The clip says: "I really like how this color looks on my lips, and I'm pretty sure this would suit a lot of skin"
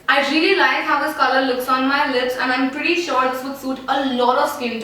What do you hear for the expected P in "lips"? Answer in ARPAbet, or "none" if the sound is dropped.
P